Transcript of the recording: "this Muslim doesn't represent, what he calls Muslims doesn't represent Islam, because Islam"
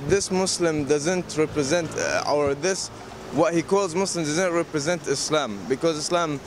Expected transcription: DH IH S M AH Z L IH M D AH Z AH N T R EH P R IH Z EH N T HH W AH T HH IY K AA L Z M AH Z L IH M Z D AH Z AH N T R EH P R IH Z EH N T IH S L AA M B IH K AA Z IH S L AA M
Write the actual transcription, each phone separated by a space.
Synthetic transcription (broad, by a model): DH IH S M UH S L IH M D AH Z AH N T R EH P R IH Z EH N T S W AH T HH IY K AA L Z M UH S L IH M D AH Z AH N T R EH P R IH Z EH N T IH S L AA M B IH K AA Z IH S L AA M